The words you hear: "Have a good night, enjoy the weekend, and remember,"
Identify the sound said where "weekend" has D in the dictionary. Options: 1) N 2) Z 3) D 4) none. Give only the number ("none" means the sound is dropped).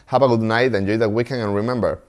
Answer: 4